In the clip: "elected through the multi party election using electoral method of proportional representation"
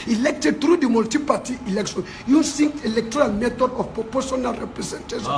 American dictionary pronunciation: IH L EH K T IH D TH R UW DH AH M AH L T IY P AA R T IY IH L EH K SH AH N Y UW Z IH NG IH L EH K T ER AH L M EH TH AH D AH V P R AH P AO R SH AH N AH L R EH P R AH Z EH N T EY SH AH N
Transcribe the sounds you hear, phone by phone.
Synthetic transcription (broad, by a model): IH L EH K T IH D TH R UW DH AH M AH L T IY P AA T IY IH L EH K SH AH N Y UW S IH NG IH L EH K T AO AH L M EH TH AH D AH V P R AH P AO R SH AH N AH L R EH P R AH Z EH N T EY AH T